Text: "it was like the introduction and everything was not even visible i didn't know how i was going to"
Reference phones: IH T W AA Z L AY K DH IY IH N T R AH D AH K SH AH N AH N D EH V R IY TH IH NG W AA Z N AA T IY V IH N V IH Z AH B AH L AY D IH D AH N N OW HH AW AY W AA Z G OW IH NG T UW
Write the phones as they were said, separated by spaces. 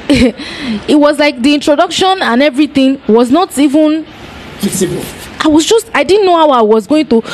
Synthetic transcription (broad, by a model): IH T W AA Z L AY K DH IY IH N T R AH D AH K SH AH N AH N EH V R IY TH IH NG W AA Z N AA T IY V IH N P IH S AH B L AY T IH D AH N N OW HH AW AY W AA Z G OW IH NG T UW